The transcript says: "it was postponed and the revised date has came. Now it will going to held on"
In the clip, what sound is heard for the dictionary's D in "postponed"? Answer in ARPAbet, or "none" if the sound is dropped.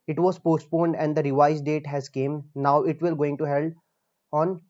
D